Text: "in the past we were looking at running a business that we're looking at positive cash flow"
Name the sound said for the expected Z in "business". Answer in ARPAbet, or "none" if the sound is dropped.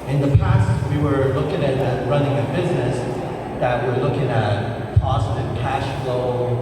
Z